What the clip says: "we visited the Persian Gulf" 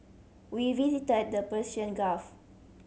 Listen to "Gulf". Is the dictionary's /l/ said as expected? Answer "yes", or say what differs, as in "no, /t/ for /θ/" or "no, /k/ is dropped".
no, /l/ is dropped